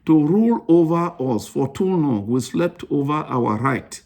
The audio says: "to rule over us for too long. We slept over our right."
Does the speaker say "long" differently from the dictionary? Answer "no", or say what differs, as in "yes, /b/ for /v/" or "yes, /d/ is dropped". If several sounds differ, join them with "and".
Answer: yes, /n/ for /l/